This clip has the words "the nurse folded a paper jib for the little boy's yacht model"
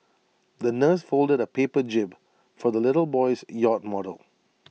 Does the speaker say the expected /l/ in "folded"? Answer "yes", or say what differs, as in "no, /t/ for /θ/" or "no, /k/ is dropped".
yes